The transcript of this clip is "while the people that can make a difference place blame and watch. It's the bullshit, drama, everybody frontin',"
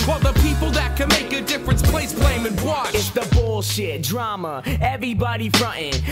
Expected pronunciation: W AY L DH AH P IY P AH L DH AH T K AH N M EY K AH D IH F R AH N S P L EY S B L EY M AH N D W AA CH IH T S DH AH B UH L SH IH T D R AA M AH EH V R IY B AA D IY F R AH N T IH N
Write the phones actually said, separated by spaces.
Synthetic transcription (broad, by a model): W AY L DH AH P IY P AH L DH AH T K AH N M EY K AH D IH F R AH N S P L EY S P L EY M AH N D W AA IH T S DH AH B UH L SH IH T D R AA M AH EH V R IY B AA D IY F R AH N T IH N